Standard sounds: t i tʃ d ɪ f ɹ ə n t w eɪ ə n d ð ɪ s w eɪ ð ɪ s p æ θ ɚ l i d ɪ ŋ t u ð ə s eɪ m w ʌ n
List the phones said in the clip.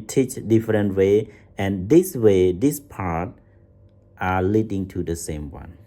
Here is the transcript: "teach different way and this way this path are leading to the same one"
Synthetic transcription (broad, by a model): t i tʃ d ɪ f ɹ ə n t w eɪ ə n d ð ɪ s w eɪ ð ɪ s p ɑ t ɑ l i d ɪ ŋ t u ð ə s eɪ m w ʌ n